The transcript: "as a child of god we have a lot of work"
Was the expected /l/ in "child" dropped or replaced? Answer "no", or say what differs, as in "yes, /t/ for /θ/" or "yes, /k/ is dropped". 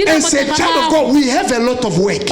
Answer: yes, /l/ is dropped